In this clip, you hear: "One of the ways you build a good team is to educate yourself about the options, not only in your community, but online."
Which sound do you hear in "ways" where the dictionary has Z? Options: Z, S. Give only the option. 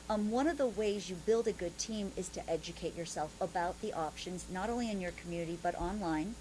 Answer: Z